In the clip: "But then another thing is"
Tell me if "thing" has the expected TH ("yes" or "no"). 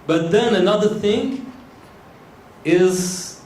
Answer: yes